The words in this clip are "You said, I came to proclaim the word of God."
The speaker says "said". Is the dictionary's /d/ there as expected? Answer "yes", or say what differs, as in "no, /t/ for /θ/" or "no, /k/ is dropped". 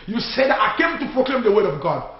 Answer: yes